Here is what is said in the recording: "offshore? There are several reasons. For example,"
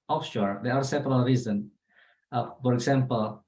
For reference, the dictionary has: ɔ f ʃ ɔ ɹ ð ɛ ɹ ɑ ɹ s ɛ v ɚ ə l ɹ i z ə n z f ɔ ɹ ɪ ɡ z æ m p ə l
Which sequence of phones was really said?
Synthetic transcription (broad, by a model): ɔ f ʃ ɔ ɹ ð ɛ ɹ ɑ ɹ s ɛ p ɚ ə l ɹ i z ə n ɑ f ɔ ɹ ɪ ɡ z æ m p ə l